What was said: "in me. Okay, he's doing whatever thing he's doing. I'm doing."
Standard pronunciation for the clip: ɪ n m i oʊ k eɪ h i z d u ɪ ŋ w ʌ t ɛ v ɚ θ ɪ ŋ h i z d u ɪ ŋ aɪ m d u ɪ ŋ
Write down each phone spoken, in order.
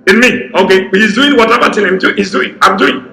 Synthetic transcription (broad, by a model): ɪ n m i oʊ k eɪ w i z d u ɪ ŋ w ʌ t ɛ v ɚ t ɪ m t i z d u ɪ ŋ aɪ m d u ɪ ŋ